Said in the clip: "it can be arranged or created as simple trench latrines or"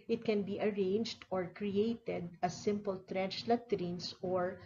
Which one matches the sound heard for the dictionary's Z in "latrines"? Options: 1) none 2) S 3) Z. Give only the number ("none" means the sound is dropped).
2